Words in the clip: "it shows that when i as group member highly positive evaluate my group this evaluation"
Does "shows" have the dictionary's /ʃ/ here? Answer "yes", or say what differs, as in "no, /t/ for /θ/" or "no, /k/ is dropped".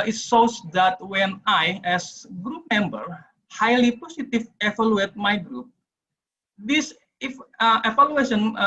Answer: no, /s/ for /ʃ/